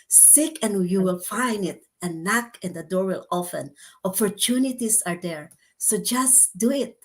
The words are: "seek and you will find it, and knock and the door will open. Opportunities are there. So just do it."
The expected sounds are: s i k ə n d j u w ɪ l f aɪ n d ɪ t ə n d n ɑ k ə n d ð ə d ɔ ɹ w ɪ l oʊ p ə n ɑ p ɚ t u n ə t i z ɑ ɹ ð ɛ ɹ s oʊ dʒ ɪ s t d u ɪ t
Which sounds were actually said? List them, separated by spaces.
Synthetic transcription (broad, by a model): s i k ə n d j u w ɪ l f aɪ n d ɪ t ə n n ɑ k ə n d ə d ɔ ɹ w ɪ l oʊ f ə n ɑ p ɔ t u n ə t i s ɑ ɹ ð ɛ ɹ s oʊ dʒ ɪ s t d u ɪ t